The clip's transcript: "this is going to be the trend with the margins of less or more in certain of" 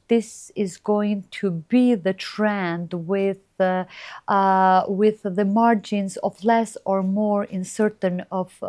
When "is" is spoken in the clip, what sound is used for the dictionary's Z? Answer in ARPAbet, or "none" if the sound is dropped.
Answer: Z